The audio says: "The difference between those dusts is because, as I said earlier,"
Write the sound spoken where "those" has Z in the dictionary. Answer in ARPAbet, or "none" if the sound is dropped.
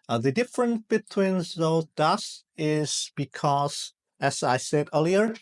none